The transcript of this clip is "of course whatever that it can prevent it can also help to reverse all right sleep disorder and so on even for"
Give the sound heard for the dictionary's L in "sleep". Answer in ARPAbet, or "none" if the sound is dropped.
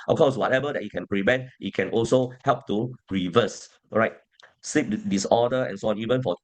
none